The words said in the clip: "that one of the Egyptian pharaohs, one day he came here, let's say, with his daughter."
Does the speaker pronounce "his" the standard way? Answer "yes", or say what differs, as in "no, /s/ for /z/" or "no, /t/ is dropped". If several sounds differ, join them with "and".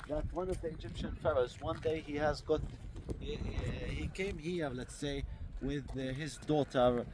yes